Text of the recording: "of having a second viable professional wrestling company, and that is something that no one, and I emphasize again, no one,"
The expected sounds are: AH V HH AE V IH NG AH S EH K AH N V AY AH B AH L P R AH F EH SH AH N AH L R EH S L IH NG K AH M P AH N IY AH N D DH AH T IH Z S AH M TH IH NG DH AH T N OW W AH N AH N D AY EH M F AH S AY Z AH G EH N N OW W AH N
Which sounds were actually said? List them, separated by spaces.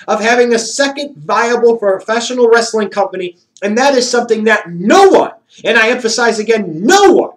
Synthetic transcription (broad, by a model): AH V HH AE V IH NG AH S EH K AH N V AY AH B L F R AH F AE SH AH N L R EH S L IH NG K AH M P AH N IY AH N DH AH T IH Z S AH M TH IH NG DH AH T N OW W AH N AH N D AY EH M F AH S AY Z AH G EH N N OW W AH N